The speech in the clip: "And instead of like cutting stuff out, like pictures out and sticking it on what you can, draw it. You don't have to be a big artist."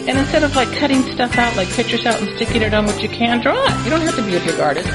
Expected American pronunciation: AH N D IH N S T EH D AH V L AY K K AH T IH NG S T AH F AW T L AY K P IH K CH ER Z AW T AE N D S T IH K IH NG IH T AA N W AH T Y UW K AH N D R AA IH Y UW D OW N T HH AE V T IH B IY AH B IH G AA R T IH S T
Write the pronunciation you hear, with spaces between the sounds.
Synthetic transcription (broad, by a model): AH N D IH N S T EH D AH V L AY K K AH T IH NG S T AH F AW T L AY K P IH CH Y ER S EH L N S T IH K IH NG IH T N W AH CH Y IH K AH N D R AA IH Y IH D OW N T HH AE F T IH B IY AH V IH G AA R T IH S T